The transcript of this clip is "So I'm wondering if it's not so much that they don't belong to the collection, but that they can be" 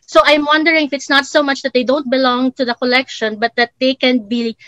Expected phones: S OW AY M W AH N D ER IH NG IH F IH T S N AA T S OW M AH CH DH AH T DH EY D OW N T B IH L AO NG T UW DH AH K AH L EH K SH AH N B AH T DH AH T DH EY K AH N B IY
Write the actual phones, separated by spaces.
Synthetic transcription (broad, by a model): S OW AY M W AH N D ER IH NG IH F IH T S N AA T S OW M AH CH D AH T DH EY D OW N T B IH L AO NG T UW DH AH K AH L EH K SH AH N B AH T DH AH T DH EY K AH N B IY